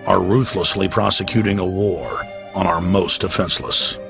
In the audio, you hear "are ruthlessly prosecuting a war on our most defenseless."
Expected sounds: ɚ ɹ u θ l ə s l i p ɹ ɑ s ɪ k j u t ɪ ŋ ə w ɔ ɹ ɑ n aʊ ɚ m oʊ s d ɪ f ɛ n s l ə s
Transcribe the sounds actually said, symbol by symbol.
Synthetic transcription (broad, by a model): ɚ ɹ u θ l ə s l i p ɹ ɑ s ɪ k j u t ɪ ŋ ə w ɔ ɹ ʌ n aʊ ɚ m oʊ s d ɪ f ɛ n s l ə s